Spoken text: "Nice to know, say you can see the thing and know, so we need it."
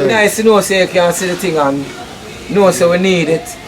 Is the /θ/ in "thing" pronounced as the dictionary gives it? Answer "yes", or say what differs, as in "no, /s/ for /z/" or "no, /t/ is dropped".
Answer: no, /t/ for /θ/